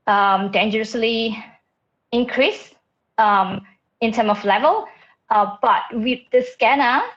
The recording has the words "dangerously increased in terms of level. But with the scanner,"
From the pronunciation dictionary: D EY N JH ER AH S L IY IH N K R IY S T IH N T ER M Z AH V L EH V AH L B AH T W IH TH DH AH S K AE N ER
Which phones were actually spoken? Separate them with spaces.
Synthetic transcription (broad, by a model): D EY N JH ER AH S L IY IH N K R IY S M IH N T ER M AH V L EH V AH L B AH T W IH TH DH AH S K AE N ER